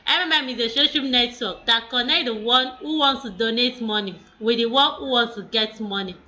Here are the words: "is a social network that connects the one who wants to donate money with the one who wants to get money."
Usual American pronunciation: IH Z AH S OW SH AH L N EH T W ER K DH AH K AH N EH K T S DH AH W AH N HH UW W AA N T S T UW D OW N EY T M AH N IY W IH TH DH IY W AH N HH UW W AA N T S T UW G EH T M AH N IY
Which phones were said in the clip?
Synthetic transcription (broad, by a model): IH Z AH SH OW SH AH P N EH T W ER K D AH K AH N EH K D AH W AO N HH UW W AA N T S T UW D OW N EY T M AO N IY W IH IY W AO N HH UW W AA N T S T UW G EH T M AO N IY